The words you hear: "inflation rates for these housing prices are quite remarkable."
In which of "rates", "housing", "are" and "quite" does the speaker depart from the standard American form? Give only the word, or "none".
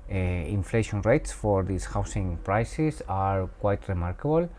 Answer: housing